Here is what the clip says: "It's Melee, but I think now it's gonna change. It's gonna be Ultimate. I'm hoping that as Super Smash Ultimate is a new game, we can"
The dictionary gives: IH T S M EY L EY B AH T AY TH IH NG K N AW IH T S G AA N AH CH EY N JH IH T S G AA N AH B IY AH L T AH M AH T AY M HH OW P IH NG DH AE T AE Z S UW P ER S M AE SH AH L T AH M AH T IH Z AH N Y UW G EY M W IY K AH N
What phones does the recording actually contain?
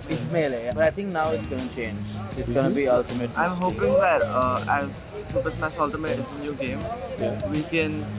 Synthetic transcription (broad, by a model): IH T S M EY L EY B AH T AY T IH NG K N AW IH T S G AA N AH CH EY N JH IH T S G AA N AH B IY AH L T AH M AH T AY M HH OW P IH NG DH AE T AE Z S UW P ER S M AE S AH L T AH M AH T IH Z AH N Y UW G EY M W IY K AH N